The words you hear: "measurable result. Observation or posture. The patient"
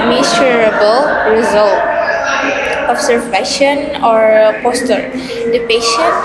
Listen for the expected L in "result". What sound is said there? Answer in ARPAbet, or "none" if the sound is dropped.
L